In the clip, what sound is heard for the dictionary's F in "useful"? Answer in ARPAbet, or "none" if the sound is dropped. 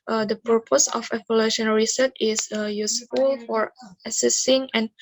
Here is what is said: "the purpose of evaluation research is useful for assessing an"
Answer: F